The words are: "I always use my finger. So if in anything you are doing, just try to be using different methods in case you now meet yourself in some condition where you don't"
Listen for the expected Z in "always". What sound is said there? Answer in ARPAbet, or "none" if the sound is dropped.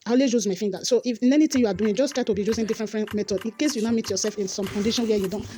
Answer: none